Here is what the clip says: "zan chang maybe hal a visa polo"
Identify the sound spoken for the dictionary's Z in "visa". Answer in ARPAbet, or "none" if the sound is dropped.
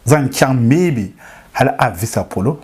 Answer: S